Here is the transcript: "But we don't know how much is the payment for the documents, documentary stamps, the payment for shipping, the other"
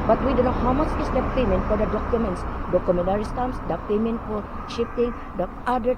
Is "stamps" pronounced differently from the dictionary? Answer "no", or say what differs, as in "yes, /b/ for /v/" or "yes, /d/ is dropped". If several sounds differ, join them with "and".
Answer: yes, /p/ is dropped